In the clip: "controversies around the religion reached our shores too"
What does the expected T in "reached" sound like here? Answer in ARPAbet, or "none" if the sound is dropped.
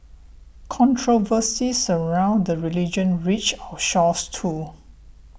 none